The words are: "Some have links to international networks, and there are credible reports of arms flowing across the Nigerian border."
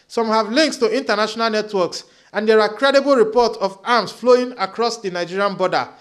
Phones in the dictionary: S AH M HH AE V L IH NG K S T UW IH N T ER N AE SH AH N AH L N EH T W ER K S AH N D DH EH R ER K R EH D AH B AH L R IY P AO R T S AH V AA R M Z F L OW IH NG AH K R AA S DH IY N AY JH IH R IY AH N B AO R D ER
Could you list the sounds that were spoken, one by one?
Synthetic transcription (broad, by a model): S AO M HH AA V L IH NG K S T UW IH N T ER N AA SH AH N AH L N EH T W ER K S AH N D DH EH R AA K R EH D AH B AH L R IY P AO T S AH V AA M S F L OW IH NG AH K R AA S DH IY N AY JH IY R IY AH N B AO D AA